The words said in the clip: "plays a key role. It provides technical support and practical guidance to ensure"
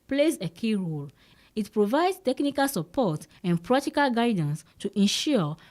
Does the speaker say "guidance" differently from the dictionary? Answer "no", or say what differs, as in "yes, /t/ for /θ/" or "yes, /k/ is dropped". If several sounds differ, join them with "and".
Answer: no